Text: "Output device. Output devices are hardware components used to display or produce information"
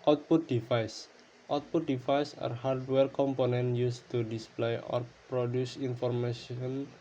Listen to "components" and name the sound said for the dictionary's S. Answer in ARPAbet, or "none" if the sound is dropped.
none